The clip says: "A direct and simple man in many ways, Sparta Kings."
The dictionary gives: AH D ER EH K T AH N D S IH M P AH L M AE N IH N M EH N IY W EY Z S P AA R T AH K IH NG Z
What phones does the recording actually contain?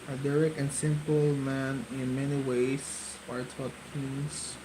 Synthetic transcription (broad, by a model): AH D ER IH K AH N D S IH M P AH L M AE N IH N M EH N IY W EY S AA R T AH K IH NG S